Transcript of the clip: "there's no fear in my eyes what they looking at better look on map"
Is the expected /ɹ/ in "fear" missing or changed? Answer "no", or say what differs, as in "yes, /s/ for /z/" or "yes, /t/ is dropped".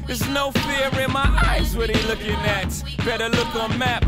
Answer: no